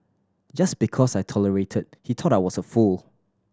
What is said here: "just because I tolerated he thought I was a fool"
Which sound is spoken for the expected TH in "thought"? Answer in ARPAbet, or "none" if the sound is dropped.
T